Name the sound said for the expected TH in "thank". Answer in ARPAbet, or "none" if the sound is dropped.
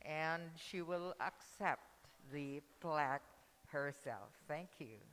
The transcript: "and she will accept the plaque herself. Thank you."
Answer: TH